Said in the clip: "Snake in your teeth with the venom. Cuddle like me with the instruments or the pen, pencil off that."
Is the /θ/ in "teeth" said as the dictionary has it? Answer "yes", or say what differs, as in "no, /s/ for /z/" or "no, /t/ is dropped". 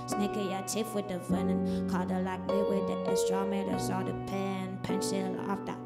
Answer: no, /f/ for /θ/